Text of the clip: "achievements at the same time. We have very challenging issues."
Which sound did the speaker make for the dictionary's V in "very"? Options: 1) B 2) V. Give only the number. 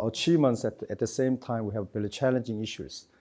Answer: 1